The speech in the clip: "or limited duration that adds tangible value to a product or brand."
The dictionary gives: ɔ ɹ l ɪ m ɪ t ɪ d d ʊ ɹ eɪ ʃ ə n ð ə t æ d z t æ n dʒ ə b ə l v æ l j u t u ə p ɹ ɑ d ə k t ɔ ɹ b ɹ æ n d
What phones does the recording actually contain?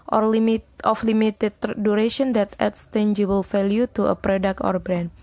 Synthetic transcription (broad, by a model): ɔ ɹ l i m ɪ t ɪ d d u ɹ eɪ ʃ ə n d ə t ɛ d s t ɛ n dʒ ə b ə l f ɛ l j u t u ə p ɹ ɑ d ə k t ɔ ɹ b ɹ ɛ n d